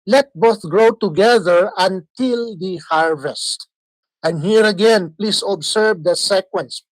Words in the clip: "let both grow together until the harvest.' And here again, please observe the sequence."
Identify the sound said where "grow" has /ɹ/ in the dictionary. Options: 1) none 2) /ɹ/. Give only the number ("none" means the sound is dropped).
2